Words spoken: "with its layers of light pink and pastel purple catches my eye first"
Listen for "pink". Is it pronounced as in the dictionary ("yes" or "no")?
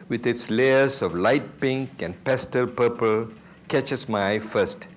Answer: yes